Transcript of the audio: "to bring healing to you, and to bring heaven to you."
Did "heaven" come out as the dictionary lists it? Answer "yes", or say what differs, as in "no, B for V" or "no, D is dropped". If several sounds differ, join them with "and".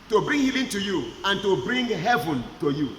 yes